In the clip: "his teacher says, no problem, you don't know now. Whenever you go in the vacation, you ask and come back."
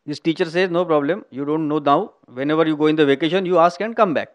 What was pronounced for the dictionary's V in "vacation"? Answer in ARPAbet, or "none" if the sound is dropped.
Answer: V